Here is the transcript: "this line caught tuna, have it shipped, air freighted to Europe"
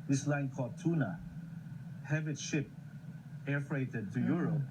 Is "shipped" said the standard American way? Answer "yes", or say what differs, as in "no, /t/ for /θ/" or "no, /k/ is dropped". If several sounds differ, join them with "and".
no, /t/ is dropped